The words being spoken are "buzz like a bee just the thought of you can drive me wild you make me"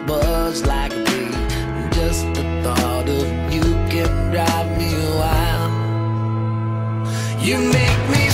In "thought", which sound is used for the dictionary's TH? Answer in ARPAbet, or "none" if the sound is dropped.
TH